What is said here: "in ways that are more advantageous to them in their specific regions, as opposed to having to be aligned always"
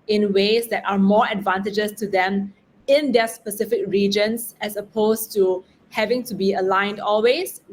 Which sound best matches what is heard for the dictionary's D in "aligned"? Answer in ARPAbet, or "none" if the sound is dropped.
D